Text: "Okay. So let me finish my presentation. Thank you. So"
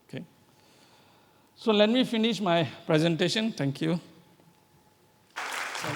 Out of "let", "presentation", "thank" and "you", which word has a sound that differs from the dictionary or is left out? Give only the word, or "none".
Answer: thank